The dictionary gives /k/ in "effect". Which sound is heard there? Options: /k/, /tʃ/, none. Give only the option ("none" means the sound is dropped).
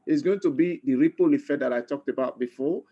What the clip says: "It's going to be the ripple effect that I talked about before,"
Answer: none